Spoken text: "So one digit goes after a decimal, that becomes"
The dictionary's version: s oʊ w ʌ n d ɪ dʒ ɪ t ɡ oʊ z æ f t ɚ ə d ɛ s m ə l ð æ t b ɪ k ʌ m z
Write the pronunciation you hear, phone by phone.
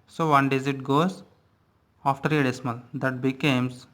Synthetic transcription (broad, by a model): s oʊ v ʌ n d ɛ z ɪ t ɡ oʊ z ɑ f t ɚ ə d ɛ s m ə l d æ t b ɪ k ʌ m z